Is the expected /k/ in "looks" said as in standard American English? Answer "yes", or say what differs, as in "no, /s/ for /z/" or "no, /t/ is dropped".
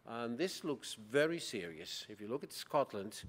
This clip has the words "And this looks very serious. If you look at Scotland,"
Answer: yes